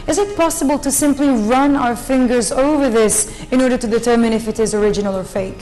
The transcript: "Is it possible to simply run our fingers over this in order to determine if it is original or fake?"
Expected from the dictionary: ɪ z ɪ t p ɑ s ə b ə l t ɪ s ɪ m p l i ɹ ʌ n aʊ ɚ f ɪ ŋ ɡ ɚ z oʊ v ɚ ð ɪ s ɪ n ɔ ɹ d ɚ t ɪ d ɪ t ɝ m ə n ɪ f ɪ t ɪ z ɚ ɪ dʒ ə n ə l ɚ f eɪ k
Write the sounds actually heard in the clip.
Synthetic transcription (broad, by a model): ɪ z ɪ t p ɑ s ə b ə l t ɪ s ɪ m p l i ɹ ʌ n aʊ ɚ f ɪ ŋ ɡ ɚ z oʊ v ɚ ð ɪ s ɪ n ɔ ɹ d ɚ t ɪ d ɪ t ɝ m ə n ɪ f ɪ t ɪ z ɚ ɪ dʒ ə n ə l ɚ f eɪ k